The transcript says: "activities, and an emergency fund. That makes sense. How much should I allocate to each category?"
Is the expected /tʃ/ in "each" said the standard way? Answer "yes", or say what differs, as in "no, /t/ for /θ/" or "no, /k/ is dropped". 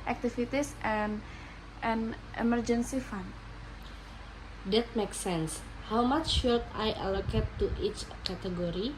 yes